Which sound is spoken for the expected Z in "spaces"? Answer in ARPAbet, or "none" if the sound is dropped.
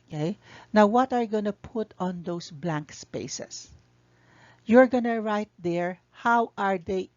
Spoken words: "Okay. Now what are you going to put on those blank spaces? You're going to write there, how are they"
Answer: S